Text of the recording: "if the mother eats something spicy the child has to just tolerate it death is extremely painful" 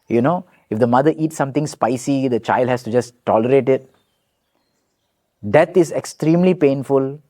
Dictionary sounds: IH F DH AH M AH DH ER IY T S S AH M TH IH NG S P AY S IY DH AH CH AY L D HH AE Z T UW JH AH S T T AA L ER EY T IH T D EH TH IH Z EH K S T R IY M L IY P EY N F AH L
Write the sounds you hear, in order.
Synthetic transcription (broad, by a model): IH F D AH M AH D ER IY T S S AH M T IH NG S P AY S IY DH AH CH AY L D HH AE S T UW JH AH S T T AA L ER EY T IH T D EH T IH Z EH K S T R IY M L IY P EY N F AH L